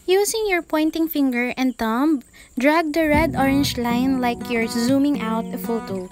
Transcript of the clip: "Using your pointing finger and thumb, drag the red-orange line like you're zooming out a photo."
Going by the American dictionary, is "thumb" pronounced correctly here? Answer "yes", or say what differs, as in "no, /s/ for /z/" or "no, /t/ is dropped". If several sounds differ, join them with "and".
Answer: no, /t/ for /θ/